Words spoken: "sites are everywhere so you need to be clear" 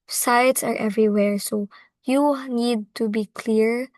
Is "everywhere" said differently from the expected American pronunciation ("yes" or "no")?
no